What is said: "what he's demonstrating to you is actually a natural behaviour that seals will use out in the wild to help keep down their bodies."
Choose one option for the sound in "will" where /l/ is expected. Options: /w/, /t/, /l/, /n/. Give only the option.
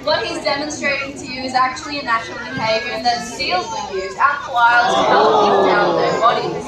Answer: /n/